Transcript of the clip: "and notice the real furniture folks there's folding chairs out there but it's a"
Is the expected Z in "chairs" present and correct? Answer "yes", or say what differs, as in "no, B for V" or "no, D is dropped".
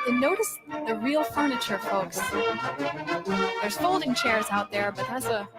yes